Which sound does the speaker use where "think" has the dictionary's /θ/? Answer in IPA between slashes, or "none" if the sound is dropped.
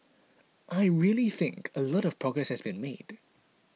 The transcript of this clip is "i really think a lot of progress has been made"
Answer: /θ/